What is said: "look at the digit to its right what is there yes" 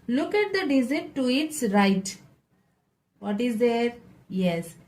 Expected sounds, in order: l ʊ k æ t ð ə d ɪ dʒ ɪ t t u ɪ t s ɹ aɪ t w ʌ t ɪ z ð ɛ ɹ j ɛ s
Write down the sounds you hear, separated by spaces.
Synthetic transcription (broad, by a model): l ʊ k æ t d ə d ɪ z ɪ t t u ɪ t s ɹ aɪ t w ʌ t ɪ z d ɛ ɹ j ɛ s